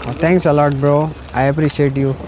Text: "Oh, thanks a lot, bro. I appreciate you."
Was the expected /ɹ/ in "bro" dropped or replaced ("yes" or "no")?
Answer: no